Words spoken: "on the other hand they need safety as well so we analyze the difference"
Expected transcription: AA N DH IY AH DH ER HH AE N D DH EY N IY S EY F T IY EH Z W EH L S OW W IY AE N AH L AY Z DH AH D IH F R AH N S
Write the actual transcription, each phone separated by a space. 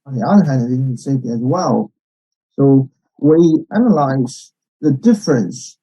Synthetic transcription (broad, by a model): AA N DH IY AH DH ER HH AE N D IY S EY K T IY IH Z W EH L S OW W IY AE N AH L AY Z DH AH D IH F R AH N S